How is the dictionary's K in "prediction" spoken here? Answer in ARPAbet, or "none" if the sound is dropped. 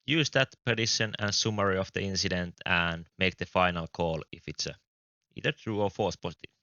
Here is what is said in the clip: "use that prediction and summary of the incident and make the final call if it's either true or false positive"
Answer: none